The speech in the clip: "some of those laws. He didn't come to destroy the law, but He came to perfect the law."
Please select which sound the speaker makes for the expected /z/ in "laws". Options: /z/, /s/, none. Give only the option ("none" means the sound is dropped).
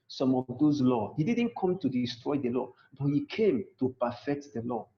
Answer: none